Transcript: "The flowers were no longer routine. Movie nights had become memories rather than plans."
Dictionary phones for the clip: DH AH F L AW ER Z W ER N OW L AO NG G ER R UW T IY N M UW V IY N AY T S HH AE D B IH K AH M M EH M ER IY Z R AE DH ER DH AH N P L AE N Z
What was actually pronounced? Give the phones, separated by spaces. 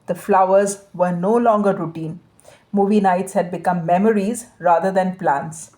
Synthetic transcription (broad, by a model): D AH F L AW ER Z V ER N OW L AO NG G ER R UW T IY N M UW V IY N AY T S HH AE D B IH K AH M M EH M ER IY Z R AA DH ER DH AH N P L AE N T